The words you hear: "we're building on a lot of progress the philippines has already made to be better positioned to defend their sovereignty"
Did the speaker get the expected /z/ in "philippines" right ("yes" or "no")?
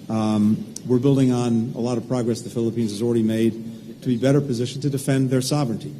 yes